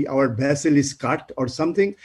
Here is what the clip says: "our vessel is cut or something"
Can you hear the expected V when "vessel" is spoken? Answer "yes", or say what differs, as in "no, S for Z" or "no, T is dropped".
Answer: no, B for V